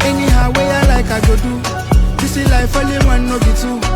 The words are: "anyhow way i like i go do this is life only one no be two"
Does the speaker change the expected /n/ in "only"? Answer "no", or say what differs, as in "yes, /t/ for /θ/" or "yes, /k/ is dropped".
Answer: yes, /n/ is dropped